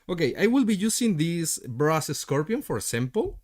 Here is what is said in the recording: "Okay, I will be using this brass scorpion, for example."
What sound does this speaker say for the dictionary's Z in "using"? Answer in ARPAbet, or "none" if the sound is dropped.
S